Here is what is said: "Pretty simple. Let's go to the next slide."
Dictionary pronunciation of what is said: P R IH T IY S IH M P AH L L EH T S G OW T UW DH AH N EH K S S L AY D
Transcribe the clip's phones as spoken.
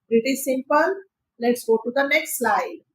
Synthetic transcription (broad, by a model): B R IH T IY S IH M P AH N L EH T S G OW T UW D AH N EH K S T L AY D